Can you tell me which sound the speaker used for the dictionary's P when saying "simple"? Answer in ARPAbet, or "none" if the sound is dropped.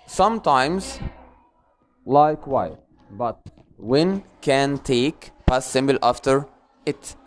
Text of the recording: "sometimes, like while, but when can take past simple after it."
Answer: B